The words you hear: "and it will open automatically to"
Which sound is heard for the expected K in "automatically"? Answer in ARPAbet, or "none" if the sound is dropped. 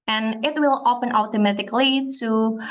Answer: K